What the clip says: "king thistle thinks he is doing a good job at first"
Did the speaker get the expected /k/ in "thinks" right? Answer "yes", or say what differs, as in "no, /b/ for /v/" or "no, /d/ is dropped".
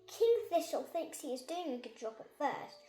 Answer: yes